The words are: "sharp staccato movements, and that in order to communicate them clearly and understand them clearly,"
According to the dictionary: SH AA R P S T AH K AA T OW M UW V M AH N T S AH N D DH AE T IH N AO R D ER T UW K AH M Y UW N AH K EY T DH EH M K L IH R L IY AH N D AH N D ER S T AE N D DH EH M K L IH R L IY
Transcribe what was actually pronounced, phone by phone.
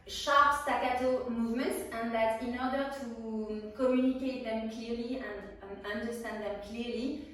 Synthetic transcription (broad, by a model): SH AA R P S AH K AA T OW M UW V M AH N T S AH N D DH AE T IH N AO R D ER T UW K AH M Y UW N AH K EY T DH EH M K L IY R L IY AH N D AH N D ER S T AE N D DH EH M K L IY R L IY